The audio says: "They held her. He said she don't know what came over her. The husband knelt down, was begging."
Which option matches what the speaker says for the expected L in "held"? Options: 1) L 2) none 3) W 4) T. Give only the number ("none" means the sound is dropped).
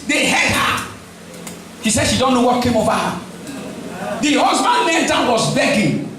2